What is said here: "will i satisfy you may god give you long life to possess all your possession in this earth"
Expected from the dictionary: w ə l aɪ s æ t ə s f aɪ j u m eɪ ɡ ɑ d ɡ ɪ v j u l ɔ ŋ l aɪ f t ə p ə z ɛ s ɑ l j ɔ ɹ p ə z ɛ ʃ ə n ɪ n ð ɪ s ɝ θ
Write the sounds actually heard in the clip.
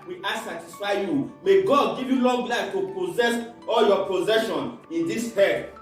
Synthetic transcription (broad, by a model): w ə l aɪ s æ t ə s f aɪ j u m eɪ ɡ ɑ d ɡ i v j u l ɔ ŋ l aɪ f t ə p ə z ɛ s ɑ l j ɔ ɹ p ə z ɛ ʃ ə n ɪ n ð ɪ s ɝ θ